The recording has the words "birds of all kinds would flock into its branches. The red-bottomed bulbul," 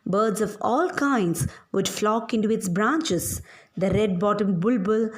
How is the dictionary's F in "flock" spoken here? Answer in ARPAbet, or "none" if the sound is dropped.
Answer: F